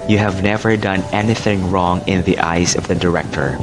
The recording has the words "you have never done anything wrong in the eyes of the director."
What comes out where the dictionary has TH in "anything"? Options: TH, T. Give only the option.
TH